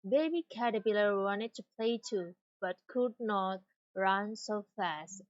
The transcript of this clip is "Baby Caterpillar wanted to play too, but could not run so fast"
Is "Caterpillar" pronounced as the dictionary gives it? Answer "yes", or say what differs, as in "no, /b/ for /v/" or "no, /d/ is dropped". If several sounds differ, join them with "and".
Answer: no, /b/ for /p/